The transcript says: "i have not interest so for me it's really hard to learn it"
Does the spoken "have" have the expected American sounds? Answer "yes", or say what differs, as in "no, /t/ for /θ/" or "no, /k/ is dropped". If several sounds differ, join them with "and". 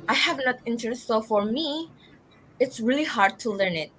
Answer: yes